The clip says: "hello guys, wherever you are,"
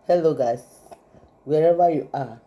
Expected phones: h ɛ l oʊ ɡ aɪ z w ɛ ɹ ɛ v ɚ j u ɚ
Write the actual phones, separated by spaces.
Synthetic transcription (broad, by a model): h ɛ l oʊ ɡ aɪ s w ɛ ɹ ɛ v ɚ j u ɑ